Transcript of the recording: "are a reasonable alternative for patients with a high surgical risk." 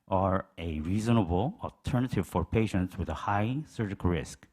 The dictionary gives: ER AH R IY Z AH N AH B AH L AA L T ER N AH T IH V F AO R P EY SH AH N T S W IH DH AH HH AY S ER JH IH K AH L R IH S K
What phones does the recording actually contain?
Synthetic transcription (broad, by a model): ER AH R IY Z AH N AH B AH L AA L T ER N AH T IH V F AO R P EY SH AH N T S W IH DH AH HH AY S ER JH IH K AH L R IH S K